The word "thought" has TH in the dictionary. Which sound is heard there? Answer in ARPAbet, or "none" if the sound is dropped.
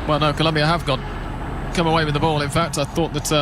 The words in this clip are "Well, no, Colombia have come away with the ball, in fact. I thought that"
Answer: TH